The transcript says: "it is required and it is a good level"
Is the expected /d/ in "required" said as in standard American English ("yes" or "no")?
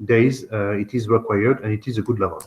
yes